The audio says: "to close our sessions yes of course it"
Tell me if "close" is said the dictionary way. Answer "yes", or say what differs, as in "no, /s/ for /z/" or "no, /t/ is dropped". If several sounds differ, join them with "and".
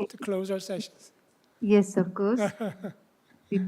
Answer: yes